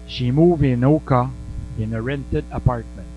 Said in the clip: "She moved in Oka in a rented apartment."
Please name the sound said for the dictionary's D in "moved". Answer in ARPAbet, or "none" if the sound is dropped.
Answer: none